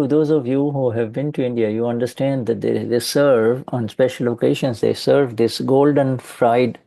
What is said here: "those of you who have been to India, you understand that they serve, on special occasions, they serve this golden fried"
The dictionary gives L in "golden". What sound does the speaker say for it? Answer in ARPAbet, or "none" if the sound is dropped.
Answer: L